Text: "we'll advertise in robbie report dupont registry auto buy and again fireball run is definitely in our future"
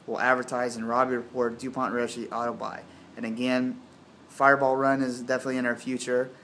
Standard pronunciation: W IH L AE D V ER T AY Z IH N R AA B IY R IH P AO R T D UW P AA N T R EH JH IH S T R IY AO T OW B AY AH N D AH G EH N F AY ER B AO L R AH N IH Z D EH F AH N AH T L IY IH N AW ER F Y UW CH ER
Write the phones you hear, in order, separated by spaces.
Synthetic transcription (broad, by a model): W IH L AE D V ER T AY Z IH N R AA B IY R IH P AO R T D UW P AA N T R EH SH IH T AO T OW B AY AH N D AH G EH N F AY ER B AO L R AH N IH Z D EH F AH N AH T L IY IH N AW ER F Y UW CH ER